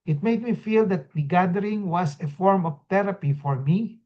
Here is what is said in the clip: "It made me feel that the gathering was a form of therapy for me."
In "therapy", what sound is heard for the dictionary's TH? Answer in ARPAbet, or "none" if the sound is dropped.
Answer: T